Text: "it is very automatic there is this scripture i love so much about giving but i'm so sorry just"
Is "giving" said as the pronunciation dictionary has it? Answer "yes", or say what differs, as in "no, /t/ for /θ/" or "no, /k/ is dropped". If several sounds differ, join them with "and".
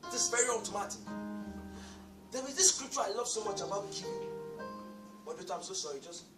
no, /b/ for /v/